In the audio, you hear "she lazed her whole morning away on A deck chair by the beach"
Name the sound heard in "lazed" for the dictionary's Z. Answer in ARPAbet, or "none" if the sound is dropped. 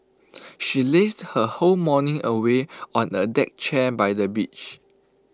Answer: S